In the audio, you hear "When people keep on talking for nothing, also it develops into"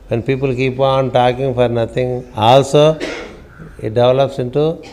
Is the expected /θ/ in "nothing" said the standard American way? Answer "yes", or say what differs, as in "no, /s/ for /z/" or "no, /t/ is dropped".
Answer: no, /t/ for /θ/